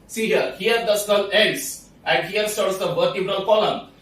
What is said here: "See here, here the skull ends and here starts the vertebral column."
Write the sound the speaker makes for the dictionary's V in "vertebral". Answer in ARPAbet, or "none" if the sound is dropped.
B